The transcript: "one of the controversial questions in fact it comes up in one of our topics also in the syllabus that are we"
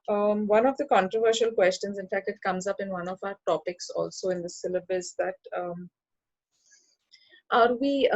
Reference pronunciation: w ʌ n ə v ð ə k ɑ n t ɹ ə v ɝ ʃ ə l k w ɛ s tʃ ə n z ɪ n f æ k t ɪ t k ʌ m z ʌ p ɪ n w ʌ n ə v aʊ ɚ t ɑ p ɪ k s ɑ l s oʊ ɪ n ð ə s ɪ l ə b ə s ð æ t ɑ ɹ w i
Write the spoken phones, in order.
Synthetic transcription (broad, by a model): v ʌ n ə v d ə k ɑ n t ɹ ə v ɝ ʃ ə l k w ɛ s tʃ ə n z ɪ n f æ k t ɪ t k ʌ m z ʌ p ɪ n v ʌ n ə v aʊ ɚ t ɑ p ɪ k s ɑ l s oʊ ɪ n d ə s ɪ l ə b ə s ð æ t ɑ ɹ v i